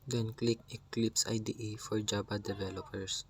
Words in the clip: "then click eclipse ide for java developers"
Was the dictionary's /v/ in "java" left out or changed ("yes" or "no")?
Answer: yes